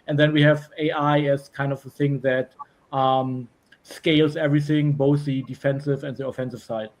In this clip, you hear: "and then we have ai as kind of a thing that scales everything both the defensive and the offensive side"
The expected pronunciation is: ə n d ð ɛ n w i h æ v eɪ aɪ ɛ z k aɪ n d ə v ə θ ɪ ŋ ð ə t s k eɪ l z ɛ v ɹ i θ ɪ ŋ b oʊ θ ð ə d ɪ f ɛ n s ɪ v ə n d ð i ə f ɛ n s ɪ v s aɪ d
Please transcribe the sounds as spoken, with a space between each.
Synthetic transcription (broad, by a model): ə n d ð ɛ n w i h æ v eɪ aɪ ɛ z k aɪ n d ə v ə θ ɪ ŋ ð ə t s k eɪ l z ɛ v ɹ i θ ɪ ŋ b oʊ θ ð ə d ɪ f ɛ n s ɪ v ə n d ð i ə f ɛ n s ɪ v s aɪ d